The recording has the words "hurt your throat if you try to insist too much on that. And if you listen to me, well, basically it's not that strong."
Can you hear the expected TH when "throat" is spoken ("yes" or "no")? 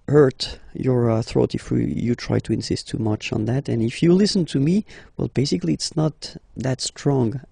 yes